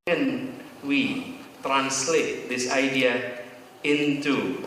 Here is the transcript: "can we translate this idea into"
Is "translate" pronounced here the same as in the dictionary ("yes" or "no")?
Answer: yes